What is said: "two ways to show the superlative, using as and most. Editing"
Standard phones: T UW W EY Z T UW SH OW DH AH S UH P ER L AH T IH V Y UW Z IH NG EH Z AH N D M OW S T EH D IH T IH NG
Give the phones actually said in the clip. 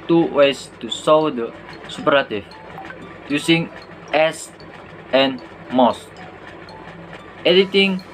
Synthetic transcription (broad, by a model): T UW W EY S T UW S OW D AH S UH P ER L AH T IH F Y UW S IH NG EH S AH N M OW S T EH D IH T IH NG